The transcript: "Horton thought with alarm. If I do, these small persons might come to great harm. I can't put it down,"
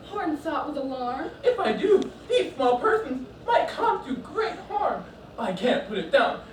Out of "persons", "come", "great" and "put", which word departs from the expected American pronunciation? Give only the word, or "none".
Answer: none